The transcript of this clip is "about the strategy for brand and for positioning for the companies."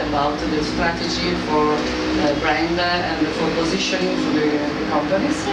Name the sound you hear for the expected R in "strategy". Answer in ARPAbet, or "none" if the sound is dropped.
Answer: R